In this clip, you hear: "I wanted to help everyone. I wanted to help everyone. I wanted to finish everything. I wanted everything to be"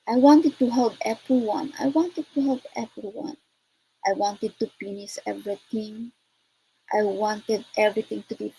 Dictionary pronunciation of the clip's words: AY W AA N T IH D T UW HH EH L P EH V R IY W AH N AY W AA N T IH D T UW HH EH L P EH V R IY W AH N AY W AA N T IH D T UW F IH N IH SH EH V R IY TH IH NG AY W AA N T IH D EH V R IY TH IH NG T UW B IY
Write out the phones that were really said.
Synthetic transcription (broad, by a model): AY W AA N T IH D T UW HH EH L P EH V R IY W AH N AY W AA N T IH D T UW HH EH L P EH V R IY W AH N AY W AA N T IH D T UW P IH N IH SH EH V R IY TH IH NG AY W AA N T IH D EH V R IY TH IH NG T UW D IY